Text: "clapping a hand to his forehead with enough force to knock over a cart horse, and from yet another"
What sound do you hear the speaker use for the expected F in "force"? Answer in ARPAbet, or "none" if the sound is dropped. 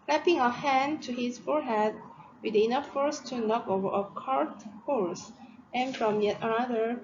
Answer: F